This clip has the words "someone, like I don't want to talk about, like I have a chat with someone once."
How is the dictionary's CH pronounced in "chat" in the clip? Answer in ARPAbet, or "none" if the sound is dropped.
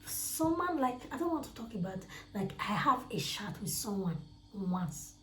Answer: SH